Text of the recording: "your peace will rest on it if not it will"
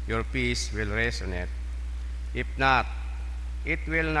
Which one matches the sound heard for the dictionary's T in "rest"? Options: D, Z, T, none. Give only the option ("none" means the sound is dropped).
none